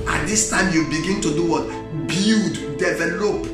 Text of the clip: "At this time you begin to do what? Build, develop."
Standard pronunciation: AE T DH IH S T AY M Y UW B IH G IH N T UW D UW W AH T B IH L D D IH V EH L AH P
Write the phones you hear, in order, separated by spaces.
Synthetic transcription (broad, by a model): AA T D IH S T AY M Y UW B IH G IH N T UW D UW W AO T B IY D D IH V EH L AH P